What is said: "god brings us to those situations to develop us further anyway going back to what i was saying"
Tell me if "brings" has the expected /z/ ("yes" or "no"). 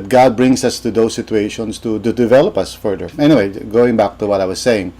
no